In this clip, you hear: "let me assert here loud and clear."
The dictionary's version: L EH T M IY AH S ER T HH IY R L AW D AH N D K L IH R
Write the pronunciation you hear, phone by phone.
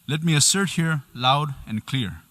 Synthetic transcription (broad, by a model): L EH T M IY AH S ER T HH IY R L AW D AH N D K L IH R